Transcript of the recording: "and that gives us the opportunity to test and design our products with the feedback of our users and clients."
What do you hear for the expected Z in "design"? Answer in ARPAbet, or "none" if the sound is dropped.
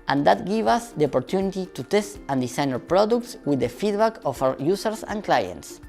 S